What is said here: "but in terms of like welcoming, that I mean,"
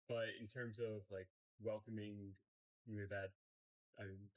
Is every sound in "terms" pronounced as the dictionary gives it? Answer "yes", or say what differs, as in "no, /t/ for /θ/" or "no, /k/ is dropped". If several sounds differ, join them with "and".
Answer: yes